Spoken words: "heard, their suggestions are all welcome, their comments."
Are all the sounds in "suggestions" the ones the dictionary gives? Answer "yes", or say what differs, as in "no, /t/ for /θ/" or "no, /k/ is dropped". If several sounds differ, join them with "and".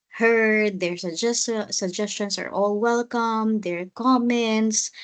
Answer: no, /s/ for /z/